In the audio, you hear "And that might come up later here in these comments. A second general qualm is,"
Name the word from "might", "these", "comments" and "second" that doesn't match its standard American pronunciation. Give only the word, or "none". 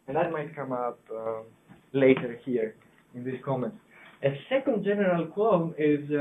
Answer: these